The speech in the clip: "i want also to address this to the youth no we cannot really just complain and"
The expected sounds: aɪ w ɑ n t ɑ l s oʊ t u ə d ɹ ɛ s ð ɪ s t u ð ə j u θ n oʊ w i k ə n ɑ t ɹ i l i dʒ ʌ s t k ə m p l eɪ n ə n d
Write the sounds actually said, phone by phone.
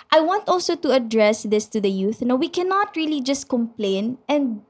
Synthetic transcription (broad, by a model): aɪ w ɑ n t ɑ l s oʊ t u ə d ɹ ɛ s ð ɪ s t u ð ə j u θ n oʊ w i k ə n ɑ t ɹ i l i dʒ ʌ s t k ə m p l eɪ n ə n d